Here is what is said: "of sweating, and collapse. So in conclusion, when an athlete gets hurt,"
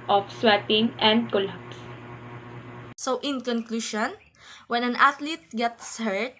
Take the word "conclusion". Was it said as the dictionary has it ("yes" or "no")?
no